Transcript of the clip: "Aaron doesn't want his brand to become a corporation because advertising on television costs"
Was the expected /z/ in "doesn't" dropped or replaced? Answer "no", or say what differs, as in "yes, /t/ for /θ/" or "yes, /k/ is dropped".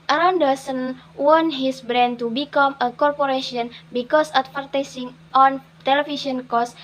yes, /s/ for /z/